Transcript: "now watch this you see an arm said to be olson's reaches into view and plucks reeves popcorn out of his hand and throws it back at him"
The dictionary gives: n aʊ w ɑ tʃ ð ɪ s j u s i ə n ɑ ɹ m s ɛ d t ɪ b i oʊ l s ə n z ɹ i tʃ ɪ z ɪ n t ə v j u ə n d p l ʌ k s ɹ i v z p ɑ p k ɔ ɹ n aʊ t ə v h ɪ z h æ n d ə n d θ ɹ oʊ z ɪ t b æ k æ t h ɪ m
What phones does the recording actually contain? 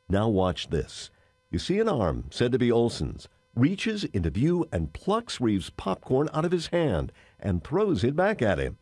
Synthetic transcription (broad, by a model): n aʊ w ɑ tʃ ð ɪ s j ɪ s i ə n ɑ ɹ m s ɛ d t ɪ b i oʊ l s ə n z ɹ i tʃ ɪ z ɪ n t ə v j u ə n p l ʌ k s ɹ i v z p ɑ p k ɔ ɹ n aʊ t ə v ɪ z h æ n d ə n θ ɹ oʊ z ɪ t b æ k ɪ t h ɪ m